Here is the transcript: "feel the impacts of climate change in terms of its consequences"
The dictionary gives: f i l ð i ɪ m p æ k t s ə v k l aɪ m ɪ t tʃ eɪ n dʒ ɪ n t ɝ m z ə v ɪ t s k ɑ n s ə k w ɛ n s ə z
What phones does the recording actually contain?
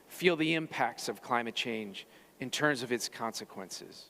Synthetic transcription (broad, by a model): f i l ð i ɪ m p æ k t s ə v k l aɪ m ɪ t tʃ eɪ n dʒ ɪ n t ɝ m z ə v ɪ t s k ɑ n s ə k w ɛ n s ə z